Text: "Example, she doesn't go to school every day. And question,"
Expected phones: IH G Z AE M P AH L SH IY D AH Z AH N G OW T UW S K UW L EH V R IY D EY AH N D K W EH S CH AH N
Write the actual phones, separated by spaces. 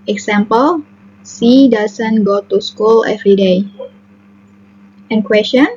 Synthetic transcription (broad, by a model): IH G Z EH M P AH L S IY D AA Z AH N G OW T UW S K UW L EH V R IY D EY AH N K W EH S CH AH N